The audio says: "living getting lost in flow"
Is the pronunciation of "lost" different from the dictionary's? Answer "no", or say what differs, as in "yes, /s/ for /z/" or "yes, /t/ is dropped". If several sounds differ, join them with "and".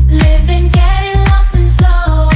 yes, /t/ is dropped